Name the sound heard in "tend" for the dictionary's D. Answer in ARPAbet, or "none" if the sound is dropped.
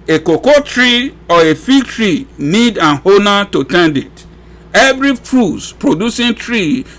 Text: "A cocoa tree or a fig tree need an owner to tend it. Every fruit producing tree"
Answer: D